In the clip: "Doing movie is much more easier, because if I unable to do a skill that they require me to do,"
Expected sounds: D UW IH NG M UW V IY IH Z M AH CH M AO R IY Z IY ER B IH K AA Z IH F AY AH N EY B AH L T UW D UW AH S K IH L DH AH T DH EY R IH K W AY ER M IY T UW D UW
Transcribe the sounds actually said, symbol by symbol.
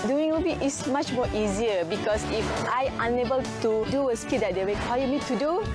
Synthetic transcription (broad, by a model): D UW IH NG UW B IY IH S M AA CH M AO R IY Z IY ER B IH K AA S IH F AY AH N EY B AH L T UW D UW AH S K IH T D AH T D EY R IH K W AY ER M IY T UW D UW